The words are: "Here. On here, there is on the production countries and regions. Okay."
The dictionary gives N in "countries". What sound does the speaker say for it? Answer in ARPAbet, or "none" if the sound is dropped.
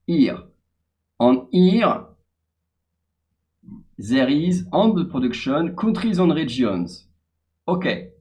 none